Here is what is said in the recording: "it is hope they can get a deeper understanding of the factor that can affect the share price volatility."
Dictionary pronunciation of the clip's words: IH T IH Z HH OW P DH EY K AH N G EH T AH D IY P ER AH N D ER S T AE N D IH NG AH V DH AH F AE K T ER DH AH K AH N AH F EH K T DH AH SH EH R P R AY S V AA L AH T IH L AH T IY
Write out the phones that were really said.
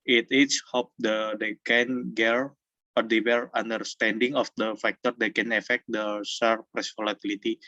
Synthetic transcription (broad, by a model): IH T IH S HH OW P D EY K AH N G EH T AH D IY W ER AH N D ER S T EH N D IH NG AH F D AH F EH K T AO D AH K AH N AH F EH K T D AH S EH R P R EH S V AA L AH T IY L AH T IY